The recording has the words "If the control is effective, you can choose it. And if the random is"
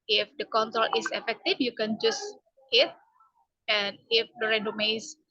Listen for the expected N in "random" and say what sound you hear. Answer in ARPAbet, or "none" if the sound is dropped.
none